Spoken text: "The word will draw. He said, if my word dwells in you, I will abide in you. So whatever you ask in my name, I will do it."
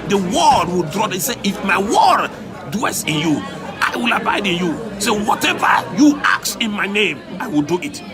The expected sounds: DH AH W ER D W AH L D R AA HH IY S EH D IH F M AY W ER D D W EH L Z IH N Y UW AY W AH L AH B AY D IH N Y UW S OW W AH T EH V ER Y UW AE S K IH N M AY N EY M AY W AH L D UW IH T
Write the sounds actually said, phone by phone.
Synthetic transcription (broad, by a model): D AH W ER D W AH L D R AA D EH S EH IH F M AY W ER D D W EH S IH N Y UW AY W AH L AH B AY D IH N Y UW S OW W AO T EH V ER Y UW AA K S IH N M AY N EY M AY W AH L D UW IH T